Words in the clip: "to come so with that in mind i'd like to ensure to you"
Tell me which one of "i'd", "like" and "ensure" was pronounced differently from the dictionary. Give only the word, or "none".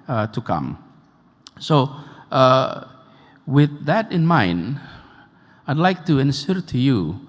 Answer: ensure